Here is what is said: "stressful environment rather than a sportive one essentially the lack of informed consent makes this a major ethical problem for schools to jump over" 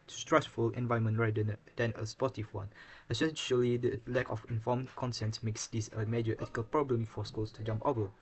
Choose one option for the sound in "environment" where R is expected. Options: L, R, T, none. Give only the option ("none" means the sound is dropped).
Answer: none